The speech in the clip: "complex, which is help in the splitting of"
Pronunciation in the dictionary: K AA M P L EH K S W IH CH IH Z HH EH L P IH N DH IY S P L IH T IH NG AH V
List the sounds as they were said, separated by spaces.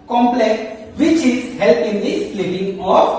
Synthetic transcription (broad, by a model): K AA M P L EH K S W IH CH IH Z HH EH L P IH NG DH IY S L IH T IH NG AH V